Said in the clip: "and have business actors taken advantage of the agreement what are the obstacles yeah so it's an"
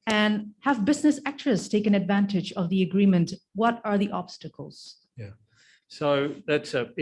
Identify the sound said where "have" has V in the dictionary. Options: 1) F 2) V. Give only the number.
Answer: 2